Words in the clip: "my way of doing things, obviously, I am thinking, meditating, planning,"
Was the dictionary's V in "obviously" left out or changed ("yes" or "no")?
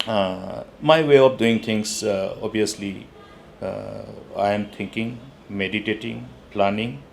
yes